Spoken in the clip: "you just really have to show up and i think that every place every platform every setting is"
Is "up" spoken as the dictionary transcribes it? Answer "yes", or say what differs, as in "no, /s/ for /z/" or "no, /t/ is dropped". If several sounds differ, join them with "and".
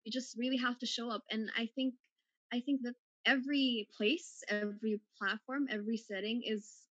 yes